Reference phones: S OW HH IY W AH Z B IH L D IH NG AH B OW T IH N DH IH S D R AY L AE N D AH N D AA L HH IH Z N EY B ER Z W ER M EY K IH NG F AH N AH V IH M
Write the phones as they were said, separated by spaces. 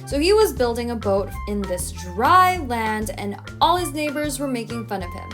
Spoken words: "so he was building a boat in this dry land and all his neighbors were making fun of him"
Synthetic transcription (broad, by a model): S OW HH IY W AH Z B IH L D IH NG AH B OW T IH N DH IH S D R AY L AE N D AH N AA L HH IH Z N EY B ER Z W ER M EY K IH NG F AH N AH V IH M